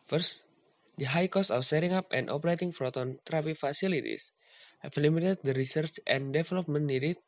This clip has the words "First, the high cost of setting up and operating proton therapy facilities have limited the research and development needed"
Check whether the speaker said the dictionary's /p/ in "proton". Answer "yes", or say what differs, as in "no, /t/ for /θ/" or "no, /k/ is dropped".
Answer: no, /f/ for /p/